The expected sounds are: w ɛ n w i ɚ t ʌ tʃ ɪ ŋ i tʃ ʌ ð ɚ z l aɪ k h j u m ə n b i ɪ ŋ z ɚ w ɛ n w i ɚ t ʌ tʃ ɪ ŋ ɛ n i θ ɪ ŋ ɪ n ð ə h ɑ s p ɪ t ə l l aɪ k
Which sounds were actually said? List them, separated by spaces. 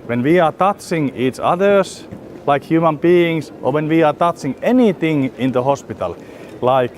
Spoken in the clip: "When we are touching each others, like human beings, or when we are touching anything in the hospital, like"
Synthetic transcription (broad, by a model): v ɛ n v i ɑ t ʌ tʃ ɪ ŋ i tʃ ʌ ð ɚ s l aɪ k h j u m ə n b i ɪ ŋ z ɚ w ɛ n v i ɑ t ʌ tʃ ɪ ŋ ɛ n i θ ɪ ŋ ɪ n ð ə h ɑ s p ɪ t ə l l aɪ k